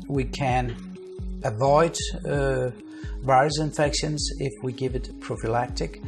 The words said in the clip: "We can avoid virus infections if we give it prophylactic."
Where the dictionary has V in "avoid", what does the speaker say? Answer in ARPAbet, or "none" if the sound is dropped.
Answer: V